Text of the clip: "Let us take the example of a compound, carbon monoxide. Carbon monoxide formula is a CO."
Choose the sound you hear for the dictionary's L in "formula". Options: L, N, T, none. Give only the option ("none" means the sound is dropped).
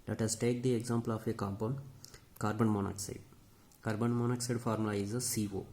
none